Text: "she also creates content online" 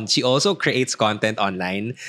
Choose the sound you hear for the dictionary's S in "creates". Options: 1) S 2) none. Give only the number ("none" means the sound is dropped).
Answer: 1